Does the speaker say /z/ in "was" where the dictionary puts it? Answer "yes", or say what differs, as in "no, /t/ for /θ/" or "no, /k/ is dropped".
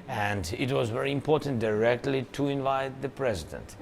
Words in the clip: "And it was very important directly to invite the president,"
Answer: yes